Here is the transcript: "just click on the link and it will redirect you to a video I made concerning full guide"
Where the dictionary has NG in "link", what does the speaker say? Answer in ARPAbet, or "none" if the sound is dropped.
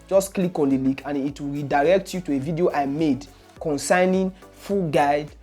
none